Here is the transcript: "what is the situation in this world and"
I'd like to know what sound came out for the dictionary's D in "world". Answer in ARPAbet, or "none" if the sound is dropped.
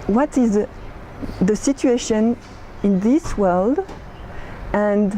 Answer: D